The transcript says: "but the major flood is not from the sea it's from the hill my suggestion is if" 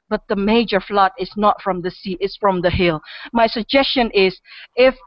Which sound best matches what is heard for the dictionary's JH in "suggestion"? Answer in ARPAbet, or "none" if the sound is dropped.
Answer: JH